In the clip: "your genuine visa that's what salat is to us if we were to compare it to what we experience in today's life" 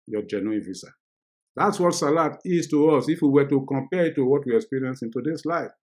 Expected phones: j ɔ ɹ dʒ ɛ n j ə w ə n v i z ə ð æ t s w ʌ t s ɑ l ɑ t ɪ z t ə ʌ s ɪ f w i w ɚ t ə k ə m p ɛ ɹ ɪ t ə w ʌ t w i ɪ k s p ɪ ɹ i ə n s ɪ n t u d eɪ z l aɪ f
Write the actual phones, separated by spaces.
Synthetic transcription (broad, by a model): j ɔ dʒ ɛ n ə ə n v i s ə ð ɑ t s w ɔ t s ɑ l ɑ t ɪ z t ə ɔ s ɪ f w i w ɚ t ə k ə m p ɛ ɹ ɪ t ə w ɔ t w i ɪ k s p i ɹ i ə n s ɪ n t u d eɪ s l aɪ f